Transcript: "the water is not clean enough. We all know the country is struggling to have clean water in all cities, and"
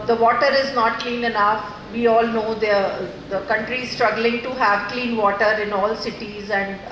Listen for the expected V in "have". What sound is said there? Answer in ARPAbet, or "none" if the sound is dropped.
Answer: V